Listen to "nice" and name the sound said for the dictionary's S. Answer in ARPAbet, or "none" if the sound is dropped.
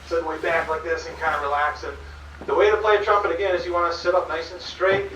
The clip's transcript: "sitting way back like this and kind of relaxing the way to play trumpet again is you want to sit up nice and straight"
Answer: none